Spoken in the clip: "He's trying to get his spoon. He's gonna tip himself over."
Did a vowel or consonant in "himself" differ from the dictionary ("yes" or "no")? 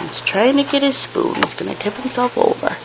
no